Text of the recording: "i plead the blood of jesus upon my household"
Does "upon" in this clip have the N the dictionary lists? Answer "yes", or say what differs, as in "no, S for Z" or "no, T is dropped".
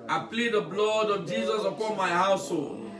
no, L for N